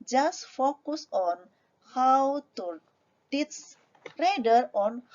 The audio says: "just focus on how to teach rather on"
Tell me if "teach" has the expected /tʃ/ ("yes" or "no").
no